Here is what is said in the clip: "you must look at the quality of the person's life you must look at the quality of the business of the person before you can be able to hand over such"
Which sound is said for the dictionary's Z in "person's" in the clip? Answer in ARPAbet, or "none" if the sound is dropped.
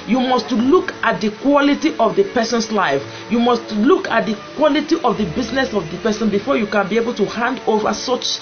S